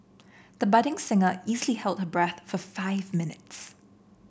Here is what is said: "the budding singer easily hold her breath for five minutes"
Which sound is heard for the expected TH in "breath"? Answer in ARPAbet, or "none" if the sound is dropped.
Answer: TH